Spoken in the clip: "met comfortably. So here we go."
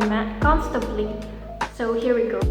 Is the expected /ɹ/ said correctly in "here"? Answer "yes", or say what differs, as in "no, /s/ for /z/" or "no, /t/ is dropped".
yes